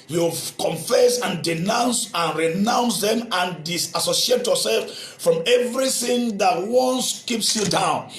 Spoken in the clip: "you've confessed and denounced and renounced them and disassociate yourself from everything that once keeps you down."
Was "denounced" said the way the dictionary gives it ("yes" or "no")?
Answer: no